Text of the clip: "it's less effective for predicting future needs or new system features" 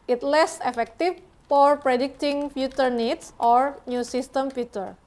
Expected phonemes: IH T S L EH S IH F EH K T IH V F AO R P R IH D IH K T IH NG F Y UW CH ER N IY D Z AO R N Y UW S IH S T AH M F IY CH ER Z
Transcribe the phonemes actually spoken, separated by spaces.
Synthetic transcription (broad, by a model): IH T L EH S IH F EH K T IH F F AO R P R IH D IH K T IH NG F Y UW CH ER N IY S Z AO R N Y UW S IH S T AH M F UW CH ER